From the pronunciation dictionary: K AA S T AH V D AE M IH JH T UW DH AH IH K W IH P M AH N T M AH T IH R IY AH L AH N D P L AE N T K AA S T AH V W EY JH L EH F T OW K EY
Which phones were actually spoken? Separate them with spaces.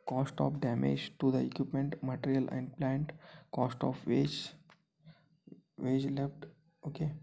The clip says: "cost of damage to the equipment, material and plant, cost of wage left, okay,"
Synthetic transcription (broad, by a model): K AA S T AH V D AE M IH JH T UW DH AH IH K W IH P M AH N T M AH T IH R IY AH L AH N D P L AE N T K AA S T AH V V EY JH L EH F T OW K EY